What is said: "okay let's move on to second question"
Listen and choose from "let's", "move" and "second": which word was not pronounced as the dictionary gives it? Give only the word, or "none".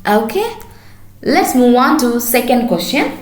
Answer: move